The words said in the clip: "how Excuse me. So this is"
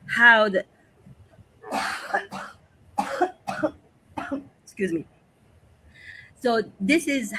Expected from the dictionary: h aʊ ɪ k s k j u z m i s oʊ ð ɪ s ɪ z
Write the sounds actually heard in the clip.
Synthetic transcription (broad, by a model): h aʊ ɪ k s k j u z m i s oʊ ð ɪ s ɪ z